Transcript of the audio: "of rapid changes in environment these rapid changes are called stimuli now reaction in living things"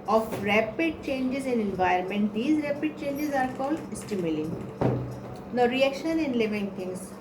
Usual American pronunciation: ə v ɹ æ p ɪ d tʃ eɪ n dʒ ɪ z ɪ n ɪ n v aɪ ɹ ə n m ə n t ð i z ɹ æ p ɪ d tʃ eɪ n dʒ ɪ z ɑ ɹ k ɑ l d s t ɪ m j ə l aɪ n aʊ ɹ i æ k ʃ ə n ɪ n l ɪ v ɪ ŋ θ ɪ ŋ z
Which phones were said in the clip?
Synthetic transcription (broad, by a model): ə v ɹ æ p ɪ d tʃ eɪ n dʒ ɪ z ɪ n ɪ n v aɪ ə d m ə n t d i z ɹ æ p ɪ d tʃ eɪ n dʒ ɪ z ɑ ɹ k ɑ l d s t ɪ m j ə l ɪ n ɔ ɹ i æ k ʃ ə n ɪ n l ɪ v ɪ ŋ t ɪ ŋ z